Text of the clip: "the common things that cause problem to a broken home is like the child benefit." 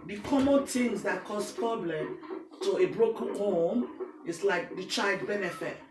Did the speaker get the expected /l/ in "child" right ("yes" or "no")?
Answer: yes